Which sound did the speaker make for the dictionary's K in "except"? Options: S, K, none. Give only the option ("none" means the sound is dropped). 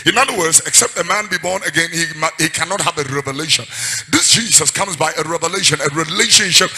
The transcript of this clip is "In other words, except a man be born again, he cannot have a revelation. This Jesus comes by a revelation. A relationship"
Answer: K